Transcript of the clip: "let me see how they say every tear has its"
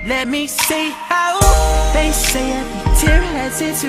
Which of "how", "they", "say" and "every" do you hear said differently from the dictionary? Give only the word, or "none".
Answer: every